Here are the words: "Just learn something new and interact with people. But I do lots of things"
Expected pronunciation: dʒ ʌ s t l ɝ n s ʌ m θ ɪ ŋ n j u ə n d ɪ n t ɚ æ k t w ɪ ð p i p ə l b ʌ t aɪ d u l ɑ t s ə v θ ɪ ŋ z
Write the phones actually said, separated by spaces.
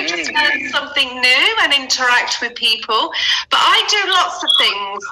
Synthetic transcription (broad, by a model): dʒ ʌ s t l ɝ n s ʌ m θ ɪ ŋ n j u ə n ɪ n t ɚ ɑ k t w ɪ ð p i p ə l b ʌ t aɪ d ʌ l ɑ t s ə v θ ɪ ŋ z